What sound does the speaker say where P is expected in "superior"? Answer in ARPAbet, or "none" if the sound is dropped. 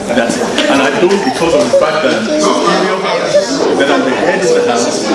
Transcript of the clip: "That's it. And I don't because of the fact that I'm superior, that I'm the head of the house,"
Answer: none